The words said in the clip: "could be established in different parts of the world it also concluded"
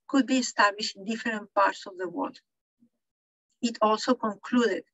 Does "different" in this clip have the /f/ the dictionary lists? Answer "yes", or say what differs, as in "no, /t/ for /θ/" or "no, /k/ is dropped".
no, /f/ is dropped